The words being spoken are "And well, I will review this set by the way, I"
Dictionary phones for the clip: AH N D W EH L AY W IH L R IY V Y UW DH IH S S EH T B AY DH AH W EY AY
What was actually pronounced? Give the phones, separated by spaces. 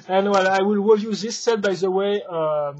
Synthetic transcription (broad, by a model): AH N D W EH L AY W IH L W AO Y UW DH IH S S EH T B AY DH AH W EY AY